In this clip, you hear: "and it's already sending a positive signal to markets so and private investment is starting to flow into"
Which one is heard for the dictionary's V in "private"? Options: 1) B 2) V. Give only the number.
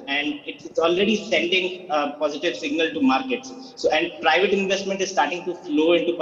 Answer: 2